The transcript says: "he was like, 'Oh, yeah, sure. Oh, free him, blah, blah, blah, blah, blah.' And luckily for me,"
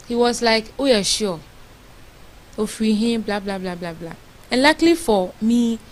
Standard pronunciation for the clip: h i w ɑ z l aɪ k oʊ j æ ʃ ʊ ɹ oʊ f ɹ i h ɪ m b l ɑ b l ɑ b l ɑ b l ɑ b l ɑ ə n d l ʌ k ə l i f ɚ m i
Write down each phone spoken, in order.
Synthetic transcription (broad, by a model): h i w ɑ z l aɪ k oʊ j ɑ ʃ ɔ oʊ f i h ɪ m b l ɑ b l ɑ b l ɑ b l ɑ b l ɑ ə n l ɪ k l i f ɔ m i